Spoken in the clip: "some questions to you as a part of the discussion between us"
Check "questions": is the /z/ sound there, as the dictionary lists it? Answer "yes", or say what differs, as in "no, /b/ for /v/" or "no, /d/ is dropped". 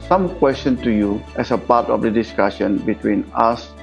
no, /z/ is dropped